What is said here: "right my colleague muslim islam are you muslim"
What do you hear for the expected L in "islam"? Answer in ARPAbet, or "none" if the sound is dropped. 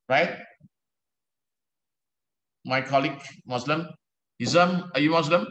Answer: none